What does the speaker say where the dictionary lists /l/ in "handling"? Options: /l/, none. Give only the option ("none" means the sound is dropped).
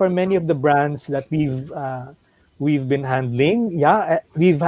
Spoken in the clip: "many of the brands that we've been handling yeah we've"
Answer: /l/